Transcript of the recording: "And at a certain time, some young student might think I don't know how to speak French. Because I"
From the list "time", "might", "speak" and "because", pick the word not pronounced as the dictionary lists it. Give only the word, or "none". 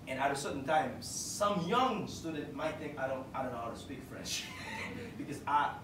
none